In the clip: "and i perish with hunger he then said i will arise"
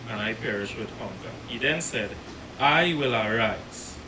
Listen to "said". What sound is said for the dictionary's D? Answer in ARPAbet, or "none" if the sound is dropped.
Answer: D